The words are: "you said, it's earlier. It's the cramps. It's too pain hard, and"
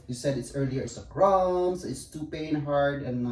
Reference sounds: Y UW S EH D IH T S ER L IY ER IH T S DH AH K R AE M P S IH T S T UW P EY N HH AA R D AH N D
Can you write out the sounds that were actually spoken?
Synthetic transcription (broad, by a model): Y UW S EH D IH T S ER L IY ER IH T S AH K R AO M S IH T S T UW P EY N HH AA R D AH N